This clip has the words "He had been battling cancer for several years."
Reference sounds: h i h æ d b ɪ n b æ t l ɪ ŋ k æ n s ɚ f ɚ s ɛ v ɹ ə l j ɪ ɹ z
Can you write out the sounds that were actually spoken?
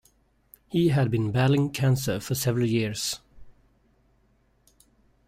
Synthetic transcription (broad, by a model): h i h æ d b ɪ n b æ l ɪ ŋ k æ n s ɚ f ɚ s ɛ v ɹ ə l j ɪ ɹ s